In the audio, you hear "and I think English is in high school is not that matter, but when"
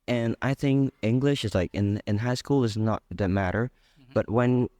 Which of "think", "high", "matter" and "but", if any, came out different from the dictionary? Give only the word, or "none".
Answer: none